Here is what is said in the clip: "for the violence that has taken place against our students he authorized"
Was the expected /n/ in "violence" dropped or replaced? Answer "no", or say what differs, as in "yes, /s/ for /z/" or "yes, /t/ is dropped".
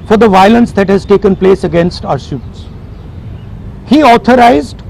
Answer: no